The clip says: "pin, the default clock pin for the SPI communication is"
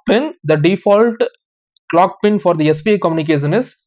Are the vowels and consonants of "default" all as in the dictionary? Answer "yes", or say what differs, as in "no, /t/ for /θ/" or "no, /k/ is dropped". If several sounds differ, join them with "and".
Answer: yes